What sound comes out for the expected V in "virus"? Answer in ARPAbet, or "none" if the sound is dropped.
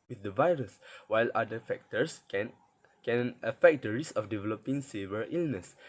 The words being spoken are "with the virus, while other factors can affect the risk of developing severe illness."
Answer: V